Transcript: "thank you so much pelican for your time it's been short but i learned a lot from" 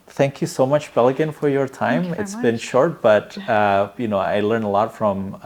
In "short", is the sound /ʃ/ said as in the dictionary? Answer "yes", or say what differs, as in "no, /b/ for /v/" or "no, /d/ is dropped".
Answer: yes